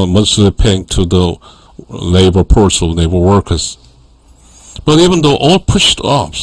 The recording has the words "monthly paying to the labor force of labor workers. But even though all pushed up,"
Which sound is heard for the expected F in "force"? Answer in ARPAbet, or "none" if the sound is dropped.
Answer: P